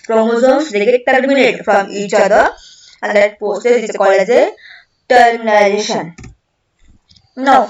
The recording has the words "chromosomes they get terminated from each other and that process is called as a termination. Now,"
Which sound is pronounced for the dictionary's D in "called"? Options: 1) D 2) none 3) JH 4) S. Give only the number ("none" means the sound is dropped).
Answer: 2